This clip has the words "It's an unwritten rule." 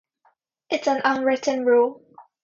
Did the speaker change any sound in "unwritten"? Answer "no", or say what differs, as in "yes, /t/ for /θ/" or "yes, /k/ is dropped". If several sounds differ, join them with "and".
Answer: no